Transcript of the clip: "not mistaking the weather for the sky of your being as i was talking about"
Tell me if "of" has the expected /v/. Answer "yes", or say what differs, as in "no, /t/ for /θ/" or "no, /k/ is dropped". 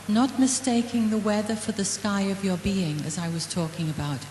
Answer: yes